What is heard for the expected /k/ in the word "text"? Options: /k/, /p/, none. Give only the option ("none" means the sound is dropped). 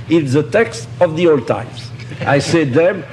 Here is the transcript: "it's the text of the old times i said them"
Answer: /k/